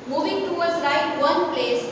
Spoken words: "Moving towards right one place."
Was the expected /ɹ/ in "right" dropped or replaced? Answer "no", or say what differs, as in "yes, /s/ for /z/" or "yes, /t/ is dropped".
yes, /l/ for /ɹ/